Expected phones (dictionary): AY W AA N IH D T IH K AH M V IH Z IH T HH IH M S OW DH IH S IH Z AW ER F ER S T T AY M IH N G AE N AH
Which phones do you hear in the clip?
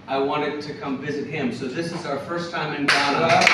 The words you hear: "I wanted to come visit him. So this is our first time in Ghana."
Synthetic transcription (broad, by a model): AY W AA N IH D T IH K AH M V IH Z IH T HH IH M S OW DH IH S IH Z AW ER F ER S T T AY M IH N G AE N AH